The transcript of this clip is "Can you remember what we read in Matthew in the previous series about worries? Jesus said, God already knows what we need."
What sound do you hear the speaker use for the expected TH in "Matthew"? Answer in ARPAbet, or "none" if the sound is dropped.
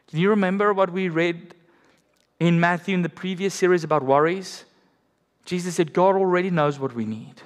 TH